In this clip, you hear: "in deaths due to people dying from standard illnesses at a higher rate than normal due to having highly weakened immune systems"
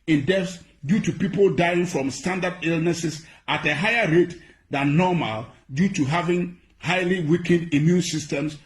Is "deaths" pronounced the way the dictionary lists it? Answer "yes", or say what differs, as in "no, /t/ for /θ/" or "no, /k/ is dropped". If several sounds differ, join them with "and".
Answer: no, /f/ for /θ/